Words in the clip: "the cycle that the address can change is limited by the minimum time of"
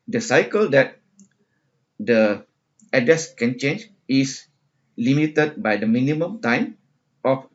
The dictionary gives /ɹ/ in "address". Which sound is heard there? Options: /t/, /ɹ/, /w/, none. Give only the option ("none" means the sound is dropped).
none